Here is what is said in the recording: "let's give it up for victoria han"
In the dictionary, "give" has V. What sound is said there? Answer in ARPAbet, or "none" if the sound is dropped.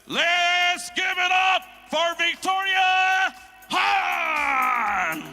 V